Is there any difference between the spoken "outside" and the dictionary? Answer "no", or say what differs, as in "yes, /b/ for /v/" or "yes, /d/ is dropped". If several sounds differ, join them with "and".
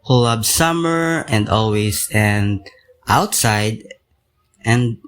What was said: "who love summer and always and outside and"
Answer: no